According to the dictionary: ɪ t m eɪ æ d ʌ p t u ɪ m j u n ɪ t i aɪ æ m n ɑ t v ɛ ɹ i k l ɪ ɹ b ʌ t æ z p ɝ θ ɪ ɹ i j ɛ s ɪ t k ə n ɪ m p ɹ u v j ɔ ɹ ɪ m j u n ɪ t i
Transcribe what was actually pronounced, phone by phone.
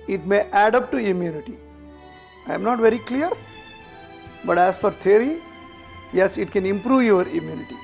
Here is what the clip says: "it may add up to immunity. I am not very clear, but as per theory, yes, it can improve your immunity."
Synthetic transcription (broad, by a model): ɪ t m eɪ æ d ʌ p t u ɪ m j u n ɪ t i aɪ m n ɑ t v ɛ ɹ i k l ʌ ɹ b ʌ t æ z f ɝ t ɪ ɹ i j ɛ s ɪ t k ə n ɪ m p ɹ u v j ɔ ɹ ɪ m j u n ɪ t i